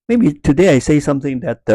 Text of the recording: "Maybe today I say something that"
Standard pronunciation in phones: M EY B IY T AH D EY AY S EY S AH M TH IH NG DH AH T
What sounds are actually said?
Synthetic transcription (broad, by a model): M EY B IY T AH D EY AY S EY S AH M TH IH NG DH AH T